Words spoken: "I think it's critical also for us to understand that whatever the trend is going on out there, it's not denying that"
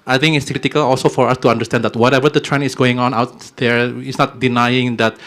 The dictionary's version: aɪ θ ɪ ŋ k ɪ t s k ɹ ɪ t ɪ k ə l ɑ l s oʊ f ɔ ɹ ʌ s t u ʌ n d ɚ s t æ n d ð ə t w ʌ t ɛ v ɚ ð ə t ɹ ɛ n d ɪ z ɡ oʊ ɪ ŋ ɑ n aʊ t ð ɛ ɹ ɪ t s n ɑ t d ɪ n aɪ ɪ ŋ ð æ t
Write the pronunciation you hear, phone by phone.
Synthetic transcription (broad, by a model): aɪ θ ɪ ŋ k ɪ t s k ɹ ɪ t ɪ k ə l ɑ l s oʊ f ɔ ɹ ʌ s t u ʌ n d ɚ s t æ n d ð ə t w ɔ t ɛ v ɚ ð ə t ɹ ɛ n ɪ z ɡ oʊ ɪ ŋ ɑ n aʊ t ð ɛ ɹ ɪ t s n ɑ t d ɪ n aɪ ɪ ŋ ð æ t